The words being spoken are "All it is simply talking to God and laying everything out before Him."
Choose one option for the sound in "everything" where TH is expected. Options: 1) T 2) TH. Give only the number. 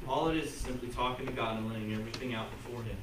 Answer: 2